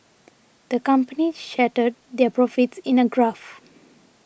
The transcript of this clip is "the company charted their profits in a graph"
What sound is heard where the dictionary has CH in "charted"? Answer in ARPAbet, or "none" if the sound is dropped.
SH